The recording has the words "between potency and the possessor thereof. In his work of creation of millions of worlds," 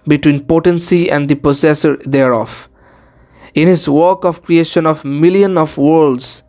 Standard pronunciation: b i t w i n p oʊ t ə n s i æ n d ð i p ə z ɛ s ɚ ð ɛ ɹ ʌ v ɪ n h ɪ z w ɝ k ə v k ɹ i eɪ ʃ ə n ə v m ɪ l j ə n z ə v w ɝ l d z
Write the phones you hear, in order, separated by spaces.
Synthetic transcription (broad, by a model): b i t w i n p oʊ t ə n s i æ n d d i p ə s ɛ s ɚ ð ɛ ɹ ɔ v ɪ n h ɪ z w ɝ k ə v k ɹ i eɪ ʃ ə n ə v m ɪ l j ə n ə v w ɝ l d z